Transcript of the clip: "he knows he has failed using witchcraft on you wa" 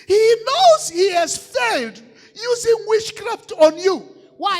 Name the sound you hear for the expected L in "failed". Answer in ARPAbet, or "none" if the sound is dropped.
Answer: L